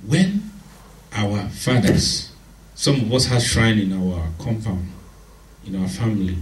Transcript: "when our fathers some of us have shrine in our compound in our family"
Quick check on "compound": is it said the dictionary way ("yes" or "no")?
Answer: no